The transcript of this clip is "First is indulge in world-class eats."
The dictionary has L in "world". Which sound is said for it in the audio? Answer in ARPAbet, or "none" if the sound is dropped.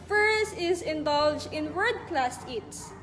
none